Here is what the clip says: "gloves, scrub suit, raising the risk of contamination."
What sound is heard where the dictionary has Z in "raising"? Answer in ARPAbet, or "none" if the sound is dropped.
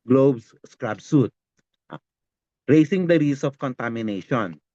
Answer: S